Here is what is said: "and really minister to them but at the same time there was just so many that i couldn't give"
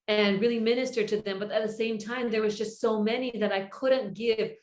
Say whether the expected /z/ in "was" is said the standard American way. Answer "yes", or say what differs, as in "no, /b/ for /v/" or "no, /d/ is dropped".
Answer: yes